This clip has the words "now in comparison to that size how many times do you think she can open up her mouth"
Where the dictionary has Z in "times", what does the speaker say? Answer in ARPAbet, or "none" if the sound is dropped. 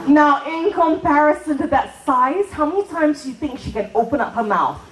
Z